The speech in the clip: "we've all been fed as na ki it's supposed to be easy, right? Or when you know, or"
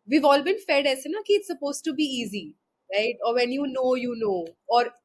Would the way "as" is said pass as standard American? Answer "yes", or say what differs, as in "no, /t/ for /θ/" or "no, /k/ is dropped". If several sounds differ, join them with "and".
no, /s/ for /z/